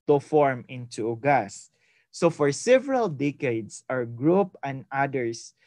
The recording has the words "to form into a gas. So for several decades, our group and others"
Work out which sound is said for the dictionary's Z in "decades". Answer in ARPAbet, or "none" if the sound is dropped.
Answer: S